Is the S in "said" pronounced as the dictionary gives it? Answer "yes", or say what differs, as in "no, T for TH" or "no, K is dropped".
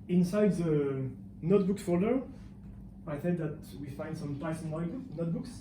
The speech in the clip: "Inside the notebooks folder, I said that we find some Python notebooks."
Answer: no, TH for S